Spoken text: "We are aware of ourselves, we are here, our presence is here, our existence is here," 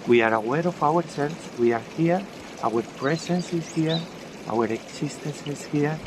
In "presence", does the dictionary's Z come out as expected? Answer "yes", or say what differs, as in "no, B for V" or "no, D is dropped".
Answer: no, S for Z